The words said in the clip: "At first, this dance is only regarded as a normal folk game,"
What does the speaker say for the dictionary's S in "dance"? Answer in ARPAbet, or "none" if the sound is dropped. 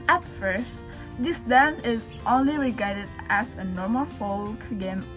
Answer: none